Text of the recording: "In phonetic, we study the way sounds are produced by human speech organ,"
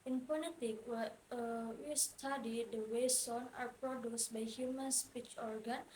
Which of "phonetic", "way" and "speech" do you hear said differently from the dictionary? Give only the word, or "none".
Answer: phonetic